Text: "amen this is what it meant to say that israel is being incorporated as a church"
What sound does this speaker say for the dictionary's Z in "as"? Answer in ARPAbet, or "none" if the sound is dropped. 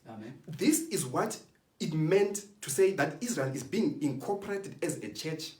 Z